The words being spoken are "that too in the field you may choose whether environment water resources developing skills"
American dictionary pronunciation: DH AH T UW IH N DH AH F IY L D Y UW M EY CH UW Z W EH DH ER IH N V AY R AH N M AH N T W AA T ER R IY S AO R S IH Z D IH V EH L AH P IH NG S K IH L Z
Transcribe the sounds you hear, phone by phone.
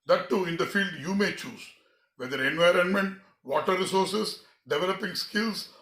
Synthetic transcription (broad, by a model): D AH T UW IH N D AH F IY L D Y UW M EY CH UW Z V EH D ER IH N V AY R AH N M AH N T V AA T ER R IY S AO R S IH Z D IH V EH L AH P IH NG S K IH L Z